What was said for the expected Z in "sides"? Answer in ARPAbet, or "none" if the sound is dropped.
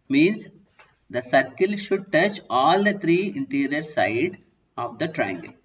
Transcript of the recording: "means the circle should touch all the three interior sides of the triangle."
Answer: none